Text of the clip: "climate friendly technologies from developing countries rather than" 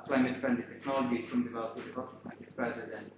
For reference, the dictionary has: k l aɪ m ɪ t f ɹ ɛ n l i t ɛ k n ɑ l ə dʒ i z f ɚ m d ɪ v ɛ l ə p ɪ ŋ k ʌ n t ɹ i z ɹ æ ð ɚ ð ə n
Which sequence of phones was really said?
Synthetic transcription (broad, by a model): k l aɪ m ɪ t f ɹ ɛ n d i t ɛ k n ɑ l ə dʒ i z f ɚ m d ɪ v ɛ l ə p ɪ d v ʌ t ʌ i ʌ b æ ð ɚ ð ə n